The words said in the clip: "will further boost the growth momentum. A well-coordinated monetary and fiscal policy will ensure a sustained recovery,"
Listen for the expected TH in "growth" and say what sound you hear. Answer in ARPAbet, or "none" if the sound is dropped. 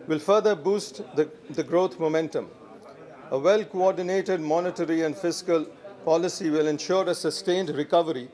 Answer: T